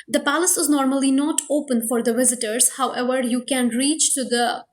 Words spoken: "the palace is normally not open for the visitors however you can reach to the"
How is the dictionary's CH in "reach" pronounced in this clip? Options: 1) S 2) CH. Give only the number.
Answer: 2